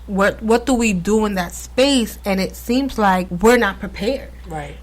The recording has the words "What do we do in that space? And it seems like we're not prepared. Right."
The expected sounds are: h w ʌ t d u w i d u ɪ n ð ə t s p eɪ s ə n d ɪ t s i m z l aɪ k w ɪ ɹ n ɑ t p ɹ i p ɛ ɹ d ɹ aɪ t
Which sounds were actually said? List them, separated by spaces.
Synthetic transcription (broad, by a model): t w ʌ t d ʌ w i d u ɪ n ð ə t s p eɪ s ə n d ɪ t s i m z l aɪ k w ɪ ɹ n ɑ t p ɹ i p ɛ ɹ d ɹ aɪ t